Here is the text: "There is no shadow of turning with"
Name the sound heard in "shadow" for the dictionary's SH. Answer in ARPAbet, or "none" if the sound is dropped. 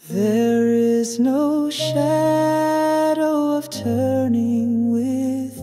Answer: SH